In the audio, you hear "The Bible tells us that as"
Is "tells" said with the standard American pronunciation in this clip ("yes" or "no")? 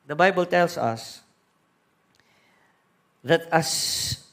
no